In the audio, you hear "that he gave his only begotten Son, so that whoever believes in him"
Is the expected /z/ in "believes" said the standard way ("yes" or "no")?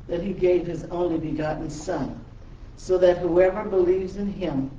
yes